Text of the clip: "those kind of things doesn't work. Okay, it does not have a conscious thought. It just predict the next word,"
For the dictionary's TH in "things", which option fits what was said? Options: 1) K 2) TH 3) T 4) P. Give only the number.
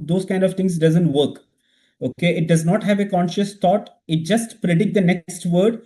3